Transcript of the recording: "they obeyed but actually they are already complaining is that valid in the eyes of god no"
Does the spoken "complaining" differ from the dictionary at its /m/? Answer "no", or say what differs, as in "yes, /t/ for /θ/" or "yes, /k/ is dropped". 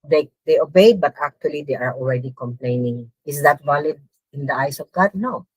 no